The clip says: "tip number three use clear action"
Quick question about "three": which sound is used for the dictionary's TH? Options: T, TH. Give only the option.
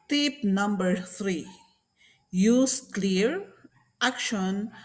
T